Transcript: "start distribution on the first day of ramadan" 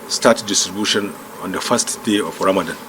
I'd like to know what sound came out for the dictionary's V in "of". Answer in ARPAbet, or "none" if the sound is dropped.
F